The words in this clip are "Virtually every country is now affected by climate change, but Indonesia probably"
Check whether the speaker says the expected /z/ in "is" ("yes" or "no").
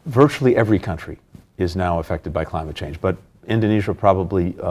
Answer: yes